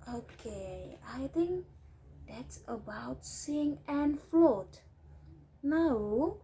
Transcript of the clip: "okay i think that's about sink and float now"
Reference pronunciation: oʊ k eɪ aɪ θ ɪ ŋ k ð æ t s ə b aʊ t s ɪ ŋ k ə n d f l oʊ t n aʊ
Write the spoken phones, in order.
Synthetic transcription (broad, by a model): oʊ k eɪ aɪ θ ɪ ŋ k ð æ t s ə b aʊ t s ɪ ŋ ə n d f l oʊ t n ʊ